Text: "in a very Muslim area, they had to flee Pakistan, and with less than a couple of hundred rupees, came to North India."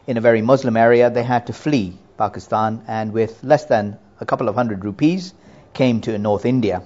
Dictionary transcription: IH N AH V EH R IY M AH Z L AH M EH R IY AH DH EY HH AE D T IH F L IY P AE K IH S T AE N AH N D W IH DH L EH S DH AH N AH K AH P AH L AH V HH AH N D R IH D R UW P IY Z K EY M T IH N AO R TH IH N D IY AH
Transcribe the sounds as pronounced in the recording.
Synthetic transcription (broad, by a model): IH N AH V EH R IY M AH Z L AH M EH R IY AH DH EY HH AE D T IH F L IY P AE K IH S T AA N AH N W IH DH L EH S DH AH N AH K AH P L AH V HH AH N D R IH D R UW P IY Z K EY M T IH N AO R TH IH N D IY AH